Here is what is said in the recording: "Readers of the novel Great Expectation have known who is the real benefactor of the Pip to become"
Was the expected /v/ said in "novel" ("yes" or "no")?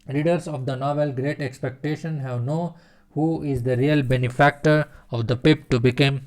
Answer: yes